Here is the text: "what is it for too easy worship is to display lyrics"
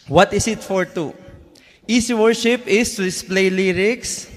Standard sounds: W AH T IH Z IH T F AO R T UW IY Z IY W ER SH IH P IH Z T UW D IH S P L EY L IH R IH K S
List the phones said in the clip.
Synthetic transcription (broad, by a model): W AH T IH S IH T F AO R T UW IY S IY W ER SH IH P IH S T UW D IH S P L EY L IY R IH K S